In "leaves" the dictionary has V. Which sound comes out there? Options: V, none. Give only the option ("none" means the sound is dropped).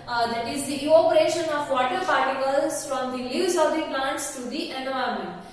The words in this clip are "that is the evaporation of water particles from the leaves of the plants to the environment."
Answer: none